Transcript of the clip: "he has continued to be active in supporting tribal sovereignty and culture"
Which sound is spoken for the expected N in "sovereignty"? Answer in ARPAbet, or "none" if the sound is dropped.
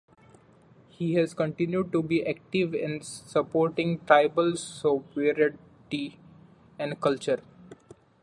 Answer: none